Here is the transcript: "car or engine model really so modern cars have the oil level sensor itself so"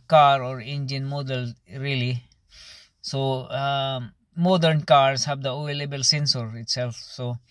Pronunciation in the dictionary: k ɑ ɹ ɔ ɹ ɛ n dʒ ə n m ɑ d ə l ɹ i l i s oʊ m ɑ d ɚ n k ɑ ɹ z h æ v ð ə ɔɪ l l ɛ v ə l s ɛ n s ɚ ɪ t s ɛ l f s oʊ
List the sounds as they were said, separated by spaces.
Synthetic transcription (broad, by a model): k ɑ ɹ ɔ ɹ ɛ n dʒ ə n m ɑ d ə l ɹ i l i s oʊ m ɑ d ɚ n k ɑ ɹ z h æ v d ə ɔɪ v l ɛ b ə l s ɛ n s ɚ ɪ t s ɛ l f s oʊ